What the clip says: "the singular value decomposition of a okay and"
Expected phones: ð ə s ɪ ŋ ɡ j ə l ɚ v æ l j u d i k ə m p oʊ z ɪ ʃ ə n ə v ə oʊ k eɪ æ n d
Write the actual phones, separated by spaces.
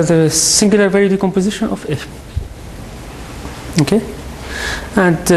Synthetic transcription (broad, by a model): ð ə s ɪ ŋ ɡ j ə l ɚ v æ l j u d i k ə m p oʊ z ɪ ʃ ə n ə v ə oʊ k eɪ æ n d